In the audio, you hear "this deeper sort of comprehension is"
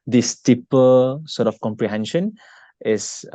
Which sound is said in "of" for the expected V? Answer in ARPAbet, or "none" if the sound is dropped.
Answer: F